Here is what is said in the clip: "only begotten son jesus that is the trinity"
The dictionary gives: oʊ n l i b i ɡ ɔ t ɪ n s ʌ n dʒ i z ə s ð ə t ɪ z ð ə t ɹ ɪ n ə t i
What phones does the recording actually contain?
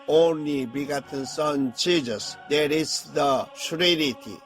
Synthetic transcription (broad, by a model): oʊ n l i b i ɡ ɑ t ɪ n s ʌ n tʃ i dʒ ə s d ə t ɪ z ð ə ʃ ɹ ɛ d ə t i